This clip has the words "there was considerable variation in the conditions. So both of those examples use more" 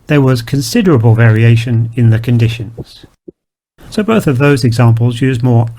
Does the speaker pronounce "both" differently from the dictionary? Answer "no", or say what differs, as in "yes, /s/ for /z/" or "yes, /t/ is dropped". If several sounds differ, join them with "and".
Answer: no